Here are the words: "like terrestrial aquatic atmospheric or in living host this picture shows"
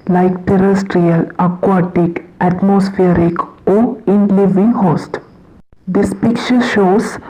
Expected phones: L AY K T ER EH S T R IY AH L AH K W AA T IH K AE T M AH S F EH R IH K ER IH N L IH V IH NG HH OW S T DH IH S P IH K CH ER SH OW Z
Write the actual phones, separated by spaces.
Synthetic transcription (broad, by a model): L AY K T ER EH S T R IY AH L AH K W AA T IH K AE T M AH S F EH R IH K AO IH N L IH V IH NG HH OW S T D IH S P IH K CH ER SH OW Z